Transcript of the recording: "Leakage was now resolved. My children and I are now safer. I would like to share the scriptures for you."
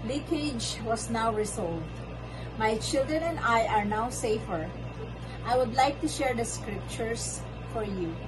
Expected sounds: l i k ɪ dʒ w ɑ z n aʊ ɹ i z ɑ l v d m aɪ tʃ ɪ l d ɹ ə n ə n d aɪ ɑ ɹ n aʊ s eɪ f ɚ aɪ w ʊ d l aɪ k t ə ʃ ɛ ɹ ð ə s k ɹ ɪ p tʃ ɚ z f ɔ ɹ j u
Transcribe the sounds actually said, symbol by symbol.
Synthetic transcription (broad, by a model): l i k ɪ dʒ w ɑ s n aʊ ɹ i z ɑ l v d m aɪ tʃ ɪ l d ɹ ə n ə n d aɪ ɑ ɹ n aʊ s eɪ f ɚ aɪ w ʊ d l aɪ k t ə ʃ ɛ ɹ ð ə s k ɹ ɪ p tʃ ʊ s f ɔ ɹ j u